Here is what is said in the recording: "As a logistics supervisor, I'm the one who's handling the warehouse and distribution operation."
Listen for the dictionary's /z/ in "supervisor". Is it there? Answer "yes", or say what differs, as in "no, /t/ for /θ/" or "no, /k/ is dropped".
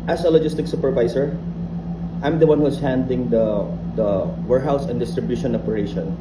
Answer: no, /s/ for /z/